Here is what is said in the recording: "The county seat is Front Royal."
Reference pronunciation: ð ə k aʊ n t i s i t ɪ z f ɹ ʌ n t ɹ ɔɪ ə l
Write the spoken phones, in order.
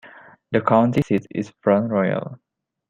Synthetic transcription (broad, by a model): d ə k aʊ n t i s i t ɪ s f ɹ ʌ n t ɹ ɔɪ ə l